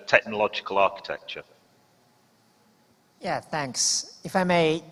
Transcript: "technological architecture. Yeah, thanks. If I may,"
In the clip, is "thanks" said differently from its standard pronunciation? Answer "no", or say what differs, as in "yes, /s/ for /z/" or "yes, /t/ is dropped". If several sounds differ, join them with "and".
no